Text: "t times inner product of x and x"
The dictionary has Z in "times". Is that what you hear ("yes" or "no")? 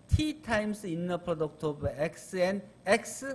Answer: no